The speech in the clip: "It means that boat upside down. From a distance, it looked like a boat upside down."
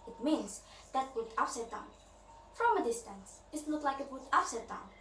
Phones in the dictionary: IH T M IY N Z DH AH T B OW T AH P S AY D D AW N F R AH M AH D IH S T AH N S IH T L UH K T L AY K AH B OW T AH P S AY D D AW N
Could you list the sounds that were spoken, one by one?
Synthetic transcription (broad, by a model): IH T M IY N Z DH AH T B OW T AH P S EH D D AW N F R AH M AH D IH S T AH N S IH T N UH T L AY K AH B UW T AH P S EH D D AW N